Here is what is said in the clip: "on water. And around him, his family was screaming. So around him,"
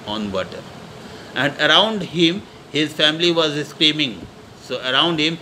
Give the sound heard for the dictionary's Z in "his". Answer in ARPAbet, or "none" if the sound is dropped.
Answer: Z